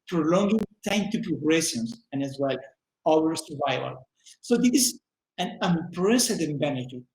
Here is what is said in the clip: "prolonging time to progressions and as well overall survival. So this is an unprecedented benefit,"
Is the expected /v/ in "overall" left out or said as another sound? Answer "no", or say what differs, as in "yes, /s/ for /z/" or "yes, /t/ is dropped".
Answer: yes, /w/ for /v/